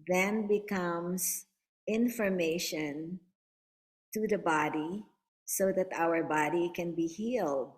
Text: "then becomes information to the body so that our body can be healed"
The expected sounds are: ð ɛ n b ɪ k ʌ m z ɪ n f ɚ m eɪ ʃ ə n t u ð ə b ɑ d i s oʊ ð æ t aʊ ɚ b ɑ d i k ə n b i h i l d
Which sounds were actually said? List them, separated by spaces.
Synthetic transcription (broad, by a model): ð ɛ n b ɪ k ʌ m s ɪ n f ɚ m eɪ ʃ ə n t u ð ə b ɑ d i s oʊ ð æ t aʊ ɚ b ɑ d i k ə n b i h i l d